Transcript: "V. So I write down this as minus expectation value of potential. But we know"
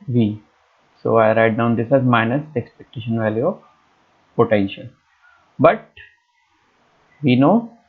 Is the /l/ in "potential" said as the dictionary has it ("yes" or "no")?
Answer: no